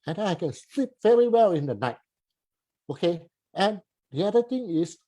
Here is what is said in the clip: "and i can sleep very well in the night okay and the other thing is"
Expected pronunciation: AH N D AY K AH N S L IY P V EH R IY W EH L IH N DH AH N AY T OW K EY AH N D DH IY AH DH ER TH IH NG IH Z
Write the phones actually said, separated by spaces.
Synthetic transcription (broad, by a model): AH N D AY K AH N S L IY P V EH R IY W EH L IH N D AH N AY T OW K EY AH N D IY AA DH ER T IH NG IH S